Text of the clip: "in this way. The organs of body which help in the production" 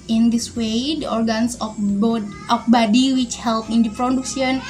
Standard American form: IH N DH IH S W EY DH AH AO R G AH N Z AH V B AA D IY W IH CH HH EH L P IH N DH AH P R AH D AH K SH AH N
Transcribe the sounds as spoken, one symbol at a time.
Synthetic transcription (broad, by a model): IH N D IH S W EY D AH AO R G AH N S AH B B AA D IY W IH CH HH EH L P IH N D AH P R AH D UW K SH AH N